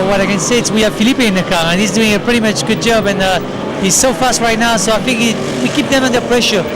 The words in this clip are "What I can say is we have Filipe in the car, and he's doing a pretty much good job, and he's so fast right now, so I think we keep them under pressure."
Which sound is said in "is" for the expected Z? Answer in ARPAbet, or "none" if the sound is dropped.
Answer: S